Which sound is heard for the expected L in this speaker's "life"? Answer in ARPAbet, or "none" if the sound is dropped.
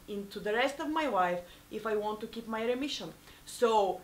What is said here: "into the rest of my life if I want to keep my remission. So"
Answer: W